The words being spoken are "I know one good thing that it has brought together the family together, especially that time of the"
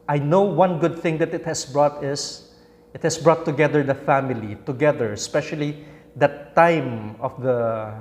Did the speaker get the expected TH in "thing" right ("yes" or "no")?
yes